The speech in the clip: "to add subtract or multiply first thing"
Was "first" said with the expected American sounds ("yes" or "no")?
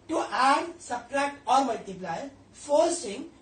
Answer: no